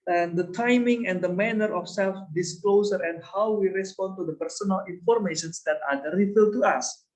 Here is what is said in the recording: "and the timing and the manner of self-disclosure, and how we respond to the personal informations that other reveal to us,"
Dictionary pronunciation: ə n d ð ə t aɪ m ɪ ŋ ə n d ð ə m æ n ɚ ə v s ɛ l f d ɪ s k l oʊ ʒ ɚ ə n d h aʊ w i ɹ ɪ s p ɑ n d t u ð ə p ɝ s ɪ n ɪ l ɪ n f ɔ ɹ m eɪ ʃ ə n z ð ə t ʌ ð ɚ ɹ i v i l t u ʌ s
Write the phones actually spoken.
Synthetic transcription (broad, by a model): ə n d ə t aɪ m ɪ ŋ ə n d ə m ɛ n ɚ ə f s ɛ l f d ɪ s k l oʊ s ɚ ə n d h aʊ w i ɹ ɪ s p ɑ n t u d ə p ɝ s ɪ n ɪ l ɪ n f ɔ ɹ m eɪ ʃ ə n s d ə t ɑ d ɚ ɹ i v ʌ t u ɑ s